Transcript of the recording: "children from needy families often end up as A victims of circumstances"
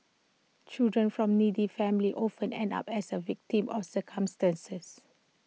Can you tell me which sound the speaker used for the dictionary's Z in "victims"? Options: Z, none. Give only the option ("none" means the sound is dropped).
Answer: none